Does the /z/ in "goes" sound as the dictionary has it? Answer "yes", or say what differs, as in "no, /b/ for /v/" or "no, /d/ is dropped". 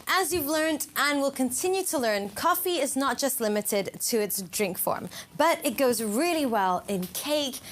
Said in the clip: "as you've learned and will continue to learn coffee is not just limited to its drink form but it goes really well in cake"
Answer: yes